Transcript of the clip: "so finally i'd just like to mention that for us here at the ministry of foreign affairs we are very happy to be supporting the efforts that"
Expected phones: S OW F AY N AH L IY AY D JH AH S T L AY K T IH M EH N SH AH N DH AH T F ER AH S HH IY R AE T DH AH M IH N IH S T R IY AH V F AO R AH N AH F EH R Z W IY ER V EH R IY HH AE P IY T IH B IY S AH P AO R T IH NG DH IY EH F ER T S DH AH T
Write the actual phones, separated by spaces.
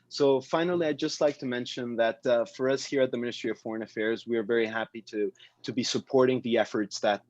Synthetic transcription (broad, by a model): S OW F AY N L IY AY JH AH S T L AY K T IH M EH N SH AH N DH AH T F ER AH S HH IY R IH T DH AH M IH N IH S T R IY AH V F AO R AH N AH F EH R Z W IY ER V EH R IY HH AE P IY T IH B IY S AH P AO R T IH NG DH IY EH F ER T S DH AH T